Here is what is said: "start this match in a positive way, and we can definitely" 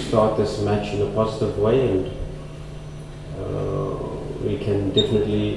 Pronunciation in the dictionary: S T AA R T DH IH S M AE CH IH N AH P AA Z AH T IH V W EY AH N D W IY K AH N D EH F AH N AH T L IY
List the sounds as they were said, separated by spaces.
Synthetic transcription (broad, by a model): S T AA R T DH IH S M AE CH IH N AH P AA Z AH T IH V W EY AH N D W IY K AH N D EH F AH N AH T L IY